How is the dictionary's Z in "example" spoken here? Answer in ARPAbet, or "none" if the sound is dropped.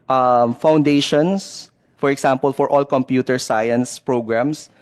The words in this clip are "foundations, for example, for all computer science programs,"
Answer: S